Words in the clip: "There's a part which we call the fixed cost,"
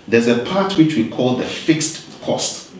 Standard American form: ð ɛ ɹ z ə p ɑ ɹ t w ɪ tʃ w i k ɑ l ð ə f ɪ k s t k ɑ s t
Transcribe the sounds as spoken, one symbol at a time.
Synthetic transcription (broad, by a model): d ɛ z ə p ɑ t w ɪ tʃ w i k ɑ l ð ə f ɪ k s t k ɑ s t